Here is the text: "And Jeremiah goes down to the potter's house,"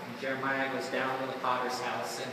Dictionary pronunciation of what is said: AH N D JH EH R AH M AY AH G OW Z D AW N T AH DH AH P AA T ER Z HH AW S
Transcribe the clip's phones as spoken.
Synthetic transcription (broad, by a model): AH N JH EH R AH M AY AH G OW Z D AW N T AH DH AH F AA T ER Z HH AW S